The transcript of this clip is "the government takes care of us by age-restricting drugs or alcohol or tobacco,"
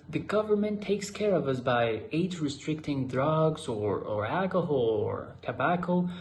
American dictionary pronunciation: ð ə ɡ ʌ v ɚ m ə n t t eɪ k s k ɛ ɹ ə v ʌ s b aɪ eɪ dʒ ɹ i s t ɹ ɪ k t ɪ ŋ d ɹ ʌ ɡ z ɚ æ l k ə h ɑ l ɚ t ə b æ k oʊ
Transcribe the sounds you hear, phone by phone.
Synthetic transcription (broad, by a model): ð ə ɡ ʌ v ɚ m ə n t t eɪ k s k ɛ ɹ ə v ʌ s b aɪ eɪ z ɹ i s t ɹ ɪ k t ɪ ŋ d ɹ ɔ ɡ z ɚ æ l k ə h ɑ l ɚ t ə b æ k oʊ